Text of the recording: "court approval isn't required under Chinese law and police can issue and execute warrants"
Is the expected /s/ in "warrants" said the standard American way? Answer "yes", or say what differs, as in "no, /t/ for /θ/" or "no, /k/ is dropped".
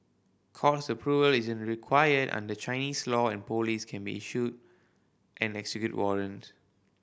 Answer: no, /s/ is dropped